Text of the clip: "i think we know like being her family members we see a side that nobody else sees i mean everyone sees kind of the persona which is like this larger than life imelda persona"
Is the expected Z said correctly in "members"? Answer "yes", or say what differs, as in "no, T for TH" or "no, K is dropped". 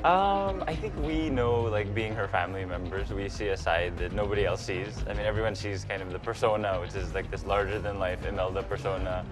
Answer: yes